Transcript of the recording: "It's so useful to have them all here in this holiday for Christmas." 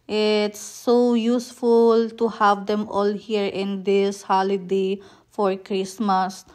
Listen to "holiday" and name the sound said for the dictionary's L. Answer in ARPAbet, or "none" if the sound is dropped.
L